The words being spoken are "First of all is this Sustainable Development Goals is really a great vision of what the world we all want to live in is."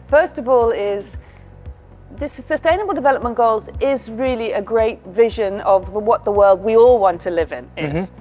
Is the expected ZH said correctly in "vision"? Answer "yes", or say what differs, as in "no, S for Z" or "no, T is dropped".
yes